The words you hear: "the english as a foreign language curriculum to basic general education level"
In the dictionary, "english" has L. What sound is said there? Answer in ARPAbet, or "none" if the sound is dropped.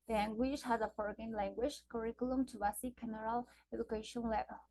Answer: W